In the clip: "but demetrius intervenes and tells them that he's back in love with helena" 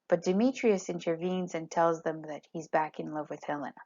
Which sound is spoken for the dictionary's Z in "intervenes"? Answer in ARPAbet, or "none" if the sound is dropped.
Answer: Z